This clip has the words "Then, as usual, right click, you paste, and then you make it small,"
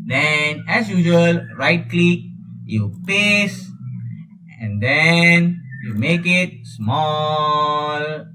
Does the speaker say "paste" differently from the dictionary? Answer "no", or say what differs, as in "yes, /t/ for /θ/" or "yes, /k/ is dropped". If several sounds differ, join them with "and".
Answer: yes, /t/ is dropped